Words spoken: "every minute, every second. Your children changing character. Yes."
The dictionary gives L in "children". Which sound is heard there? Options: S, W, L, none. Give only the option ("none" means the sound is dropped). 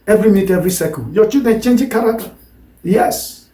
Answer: none